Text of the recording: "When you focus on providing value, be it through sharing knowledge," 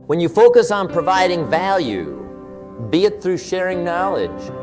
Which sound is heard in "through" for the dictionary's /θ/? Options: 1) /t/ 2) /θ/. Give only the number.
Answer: 2